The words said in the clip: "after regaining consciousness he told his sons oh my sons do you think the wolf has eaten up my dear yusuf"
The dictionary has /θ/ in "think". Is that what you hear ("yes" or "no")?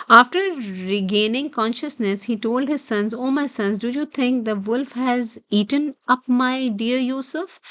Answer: no